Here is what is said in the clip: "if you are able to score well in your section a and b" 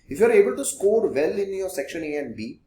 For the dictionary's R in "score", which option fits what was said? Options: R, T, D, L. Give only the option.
R